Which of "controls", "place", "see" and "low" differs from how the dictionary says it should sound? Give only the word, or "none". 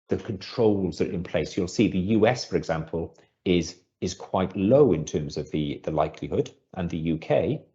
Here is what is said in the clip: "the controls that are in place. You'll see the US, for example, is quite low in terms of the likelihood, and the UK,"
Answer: none